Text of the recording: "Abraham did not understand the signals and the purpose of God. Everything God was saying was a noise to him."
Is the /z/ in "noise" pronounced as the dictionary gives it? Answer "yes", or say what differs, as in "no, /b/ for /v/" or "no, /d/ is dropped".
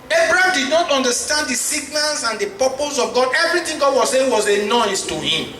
no, /s/ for /z/